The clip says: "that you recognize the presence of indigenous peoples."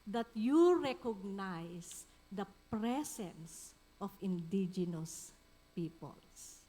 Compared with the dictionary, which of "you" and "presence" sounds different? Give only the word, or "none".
presence